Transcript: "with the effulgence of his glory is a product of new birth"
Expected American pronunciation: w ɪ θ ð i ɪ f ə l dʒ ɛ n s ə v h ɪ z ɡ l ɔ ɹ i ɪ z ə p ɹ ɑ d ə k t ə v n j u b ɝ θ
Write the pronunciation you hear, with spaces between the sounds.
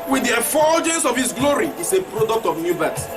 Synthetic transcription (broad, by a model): w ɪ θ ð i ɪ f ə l dʒ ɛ n s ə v h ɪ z ɡ l ɔ ɹ i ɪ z ə p ɹ ɑ d ə k t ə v n j u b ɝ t